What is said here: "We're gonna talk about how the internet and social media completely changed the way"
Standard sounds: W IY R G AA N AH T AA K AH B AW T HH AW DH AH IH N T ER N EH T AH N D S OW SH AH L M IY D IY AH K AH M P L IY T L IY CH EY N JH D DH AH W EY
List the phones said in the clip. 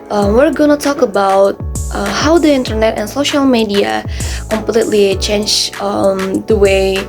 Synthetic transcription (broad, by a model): W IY R G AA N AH T AA K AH B AW T HH AW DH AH IH N T ER N EH T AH N S OW SH AH L M IY D IY AH K AH M P L IY T L IY CH EY N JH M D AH W EY